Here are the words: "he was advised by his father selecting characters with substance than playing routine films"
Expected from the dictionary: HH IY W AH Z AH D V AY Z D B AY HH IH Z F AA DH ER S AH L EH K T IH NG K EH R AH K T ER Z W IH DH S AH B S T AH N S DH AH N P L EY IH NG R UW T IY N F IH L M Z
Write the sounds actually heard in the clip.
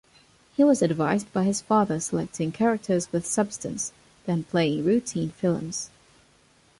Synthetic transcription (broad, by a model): HH IY W AH Z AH D V AY Z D B AY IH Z F AA DH ER S AH L EH K T IH NG K EH R AH K T ER Z W IH DH S AH B S T AH N S DH AH N P L EY IH NG R UW T IY N F IH L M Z